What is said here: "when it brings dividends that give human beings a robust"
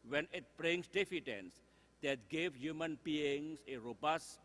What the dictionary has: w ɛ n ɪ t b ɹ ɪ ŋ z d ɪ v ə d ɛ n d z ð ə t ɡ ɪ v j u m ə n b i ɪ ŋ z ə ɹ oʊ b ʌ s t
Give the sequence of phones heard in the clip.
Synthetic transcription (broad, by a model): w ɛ n ɪ t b ɹ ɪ ŋ s d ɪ f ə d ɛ n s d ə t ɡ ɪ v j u m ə n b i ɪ ŋ s ə ɹ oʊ b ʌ s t